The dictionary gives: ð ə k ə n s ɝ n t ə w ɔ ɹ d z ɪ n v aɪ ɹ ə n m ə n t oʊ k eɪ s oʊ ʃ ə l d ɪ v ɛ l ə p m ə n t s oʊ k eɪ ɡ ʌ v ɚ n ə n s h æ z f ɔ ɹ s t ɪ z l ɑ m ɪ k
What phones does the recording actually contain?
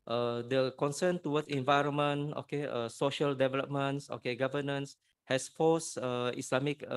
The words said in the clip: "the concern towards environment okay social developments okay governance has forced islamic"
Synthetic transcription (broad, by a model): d ə k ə n s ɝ n t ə w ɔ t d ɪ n v aɪ ɹ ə n m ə n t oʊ k eɪ s oʊ ʃ ə l d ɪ v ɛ l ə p m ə n s oʊ k eɪ ɡ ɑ v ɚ n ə n s h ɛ s f ɔ s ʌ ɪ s l ɑ m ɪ k